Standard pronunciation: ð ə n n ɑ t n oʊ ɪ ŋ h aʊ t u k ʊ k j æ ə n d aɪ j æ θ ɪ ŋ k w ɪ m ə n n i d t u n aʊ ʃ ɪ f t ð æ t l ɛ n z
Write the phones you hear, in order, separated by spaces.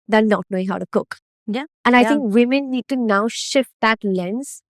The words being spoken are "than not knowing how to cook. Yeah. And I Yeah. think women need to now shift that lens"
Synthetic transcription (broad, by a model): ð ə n n ɑ t n oʊ ɪ ŋ h aʊ t u k ʊ k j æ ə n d aɪ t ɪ ŋ k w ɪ m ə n n i d t u n aʊ ʃ ɪ f t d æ t l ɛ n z